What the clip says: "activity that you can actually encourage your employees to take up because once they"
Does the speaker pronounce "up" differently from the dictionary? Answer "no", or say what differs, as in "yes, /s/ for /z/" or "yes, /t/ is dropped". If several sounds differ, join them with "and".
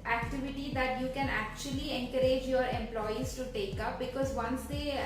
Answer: no